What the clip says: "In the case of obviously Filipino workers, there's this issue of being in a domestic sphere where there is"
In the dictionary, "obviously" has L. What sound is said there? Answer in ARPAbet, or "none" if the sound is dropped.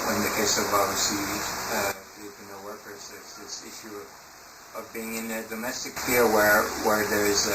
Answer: none